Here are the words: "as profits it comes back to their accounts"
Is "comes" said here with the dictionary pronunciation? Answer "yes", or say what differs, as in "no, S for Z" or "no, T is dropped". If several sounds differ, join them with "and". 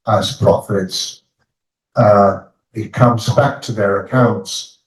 yes